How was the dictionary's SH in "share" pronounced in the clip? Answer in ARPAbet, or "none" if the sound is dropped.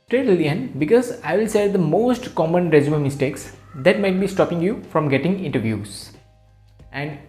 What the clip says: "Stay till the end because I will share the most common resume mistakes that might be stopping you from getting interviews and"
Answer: S